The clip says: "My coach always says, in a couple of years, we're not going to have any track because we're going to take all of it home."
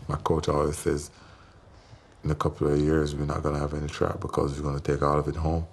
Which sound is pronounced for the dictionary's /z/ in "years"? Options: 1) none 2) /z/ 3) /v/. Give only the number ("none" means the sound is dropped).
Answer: 2